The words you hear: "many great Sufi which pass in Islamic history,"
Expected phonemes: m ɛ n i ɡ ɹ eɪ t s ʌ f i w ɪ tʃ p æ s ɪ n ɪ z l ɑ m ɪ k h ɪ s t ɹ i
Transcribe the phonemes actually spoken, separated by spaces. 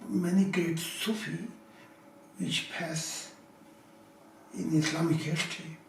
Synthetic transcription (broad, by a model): m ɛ n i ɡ eɪ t s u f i w ɪ tʃ p æ s ɪ n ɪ s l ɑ m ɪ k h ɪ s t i